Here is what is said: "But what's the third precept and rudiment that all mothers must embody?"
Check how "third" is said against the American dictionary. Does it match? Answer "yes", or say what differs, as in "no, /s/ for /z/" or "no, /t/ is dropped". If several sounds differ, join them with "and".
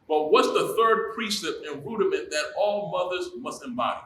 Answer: yes